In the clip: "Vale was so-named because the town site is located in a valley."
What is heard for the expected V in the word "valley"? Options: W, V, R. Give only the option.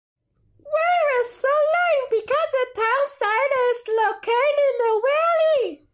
W